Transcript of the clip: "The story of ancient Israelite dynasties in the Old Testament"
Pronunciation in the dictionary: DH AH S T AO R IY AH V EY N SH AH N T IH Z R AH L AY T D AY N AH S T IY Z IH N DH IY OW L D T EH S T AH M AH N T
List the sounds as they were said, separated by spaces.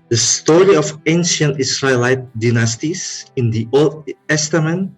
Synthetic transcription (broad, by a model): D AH S T AO R IY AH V EY N SH AH N T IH S R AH L AY T D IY N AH S T IY S IH N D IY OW L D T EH S T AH M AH N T